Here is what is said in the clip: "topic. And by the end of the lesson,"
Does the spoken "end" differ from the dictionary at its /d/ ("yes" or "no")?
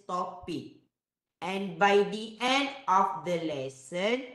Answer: no